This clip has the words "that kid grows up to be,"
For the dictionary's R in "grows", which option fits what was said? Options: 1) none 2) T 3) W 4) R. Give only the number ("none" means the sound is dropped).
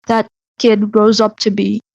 4